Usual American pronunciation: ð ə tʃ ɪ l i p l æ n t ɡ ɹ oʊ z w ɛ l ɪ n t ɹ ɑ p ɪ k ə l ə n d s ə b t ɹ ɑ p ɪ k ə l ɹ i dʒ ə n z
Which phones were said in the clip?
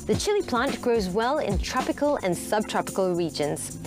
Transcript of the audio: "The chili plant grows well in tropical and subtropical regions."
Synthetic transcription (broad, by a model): ð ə tʃ ɪ l i p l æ n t ɡ ɹ oʊ z w ɛ l ɪ n t ɹ ɑ p ɪ k ə l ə n s ə b t ɹ ɑ p ɪ k ə l ɹ i dʒ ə n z